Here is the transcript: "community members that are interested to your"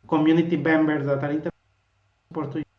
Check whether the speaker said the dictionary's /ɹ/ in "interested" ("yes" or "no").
no